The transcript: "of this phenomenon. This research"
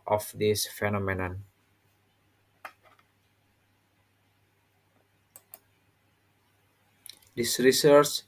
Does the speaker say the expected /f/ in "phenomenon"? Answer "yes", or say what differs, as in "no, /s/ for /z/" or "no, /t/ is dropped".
yes